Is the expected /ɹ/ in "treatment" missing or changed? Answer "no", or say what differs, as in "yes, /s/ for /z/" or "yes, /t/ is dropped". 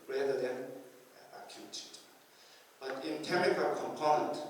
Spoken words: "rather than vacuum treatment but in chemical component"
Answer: yes, /ɹ/ is dropped